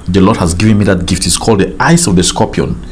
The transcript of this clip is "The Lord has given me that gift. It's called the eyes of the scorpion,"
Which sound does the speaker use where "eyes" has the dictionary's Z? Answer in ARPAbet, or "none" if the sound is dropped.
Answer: S